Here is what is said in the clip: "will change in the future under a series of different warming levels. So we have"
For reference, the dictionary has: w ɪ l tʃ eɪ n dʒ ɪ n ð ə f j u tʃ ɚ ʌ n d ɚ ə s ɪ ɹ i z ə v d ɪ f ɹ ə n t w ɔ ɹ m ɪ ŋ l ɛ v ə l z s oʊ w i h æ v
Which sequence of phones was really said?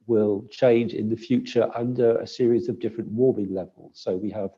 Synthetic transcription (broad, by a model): w ɪ l tʃ eɪ n dʒ ɪ n ð ə f j u tʃ ɚ ʌ n d ɚ ə s ɪ ɹ i z ə v d ɪ f ɹ ə n t w ɔ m ɪ ŋ l ɛ v ə l z s oʊ w i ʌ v